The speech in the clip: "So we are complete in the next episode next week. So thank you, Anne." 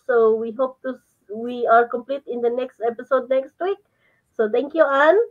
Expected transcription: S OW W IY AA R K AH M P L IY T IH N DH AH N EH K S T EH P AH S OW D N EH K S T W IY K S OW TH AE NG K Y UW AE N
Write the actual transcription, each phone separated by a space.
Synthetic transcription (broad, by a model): S OW W IY AA R K AH M P L IY T IH N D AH N EH K S T EH P AH S OW D N EH K S T W IY K S OW T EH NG K Y UW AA N